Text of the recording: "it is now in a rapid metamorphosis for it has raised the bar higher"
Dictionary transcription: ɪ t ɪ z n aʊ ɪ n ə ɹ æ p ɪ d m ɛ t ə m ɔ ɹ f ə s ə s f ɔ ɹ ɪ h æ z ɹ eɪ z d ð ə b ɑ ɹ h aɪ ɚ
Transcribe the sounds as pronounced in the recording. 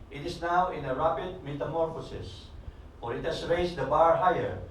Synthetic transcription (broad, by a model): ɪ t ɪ s n aʊ ɪ n ə ɹ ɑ p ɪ d m ɛ t ə m ɔ ɹ f ə s ə s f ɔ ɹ ɪ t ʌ s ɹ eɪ s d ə b ɑ ɹ h aɪ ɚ